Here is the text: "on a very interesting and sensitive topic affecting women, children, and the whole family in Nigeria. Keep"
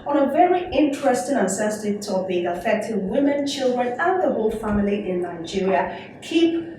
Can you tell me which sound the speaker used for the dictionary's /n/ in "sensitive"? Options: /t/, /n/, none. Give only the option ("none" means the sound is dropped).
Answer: none